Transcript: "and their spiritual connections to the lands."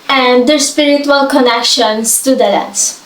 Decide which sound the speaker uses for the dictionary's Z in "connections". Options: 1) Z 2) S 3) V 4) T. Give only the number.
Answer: 2